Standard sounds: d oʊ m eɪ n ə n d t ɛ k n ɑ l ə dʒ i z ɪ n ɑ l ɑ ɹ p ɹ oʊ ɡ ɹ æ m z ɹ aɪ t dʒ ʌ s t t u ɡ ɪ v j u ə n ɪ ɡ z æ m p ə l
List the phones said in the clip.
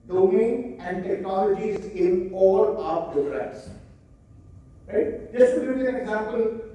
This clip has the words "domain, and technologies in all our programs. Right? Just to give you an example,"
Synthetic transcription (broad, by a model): d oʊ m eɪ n ə n d t ɛ k n ɑ l ə dʒ i z ɪ n ɑ l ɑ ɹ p ɹ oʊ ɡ ɹ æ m s ɹ aɪ t dʒ ʌ s t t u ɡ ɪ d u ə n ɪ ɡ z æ m p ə l